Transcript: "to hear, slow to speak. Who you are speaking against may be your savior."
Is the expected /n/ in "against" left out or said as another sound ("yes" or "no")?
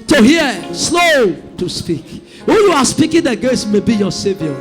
yes